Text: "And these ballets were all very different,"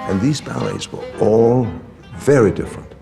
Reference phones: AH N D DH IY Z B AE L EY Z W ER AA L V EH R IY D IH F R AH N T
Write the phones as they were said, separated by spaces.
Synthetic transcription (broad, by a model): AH N DH IY Z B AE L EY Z W ER AA L V EH R IY D IH F R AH N T